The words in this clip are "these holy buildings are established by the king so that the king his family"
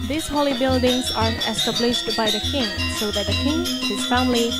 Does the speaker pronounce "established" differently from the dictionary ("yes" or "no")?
no